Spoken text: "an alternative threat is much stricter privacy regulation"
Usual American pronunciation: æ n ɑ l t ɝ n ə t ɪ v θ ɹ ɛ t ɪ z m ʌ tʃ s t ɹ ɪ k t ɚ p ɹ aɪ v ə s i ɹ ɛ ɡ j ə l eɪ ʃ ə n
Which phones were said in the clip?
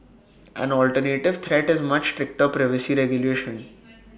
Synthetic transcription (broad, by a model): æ n ɑ l t ɝ n ə t ɪ v t ɹ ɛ t ɪ z m ʌ tʃ s t ɹ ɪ k t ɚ p ɹ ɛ v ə s i ɹ ɛ ɡ j ə l eɪ ʃ ə n